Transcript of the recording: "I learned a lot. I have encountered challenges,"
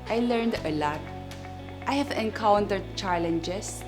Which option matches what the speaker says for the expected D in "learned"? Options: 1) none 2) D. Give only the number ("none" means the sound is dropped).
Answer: 2